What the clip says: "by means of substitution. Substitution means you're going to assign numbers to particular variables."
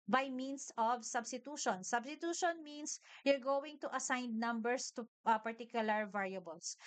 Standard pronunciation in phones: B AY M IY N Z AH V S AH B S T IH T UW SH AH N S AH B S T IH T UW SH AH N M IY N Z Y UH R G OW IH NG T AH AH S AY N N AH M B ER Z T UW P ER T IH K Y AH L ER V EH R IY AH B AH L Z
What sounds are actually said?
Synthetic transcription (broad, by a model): B AY M IY N S AH V S AH B S T IH T UW SH AH N S AH B S T IH T UW SH AH N M IY N S Y UH R G OW IH NG T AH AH S AY N N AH M B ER S T UW P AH T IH K Y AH L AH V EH R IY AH B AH L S